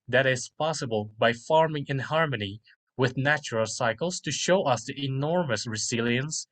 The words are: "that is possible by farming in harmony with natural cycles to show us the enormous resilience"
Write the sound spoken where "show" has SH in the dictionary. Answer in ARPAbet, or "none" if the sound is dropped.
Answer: SH